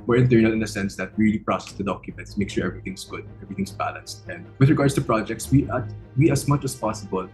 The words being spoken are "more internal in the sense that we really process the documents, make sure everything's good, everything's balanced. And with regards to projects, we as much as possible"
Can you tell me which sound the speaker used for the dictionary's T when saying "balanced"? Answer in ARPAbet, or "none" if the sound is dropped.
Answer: T